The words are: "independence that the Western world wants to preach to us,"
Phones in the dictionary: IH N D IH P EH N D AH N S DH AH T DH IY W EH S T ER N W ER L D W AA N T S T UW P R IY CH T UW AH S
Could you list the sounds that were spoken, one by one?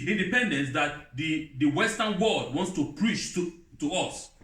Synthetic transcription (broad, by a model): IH N D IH P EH N D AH N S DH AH T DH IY W EH S T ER N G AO D W AA N T S T UW P R IY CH T UW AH S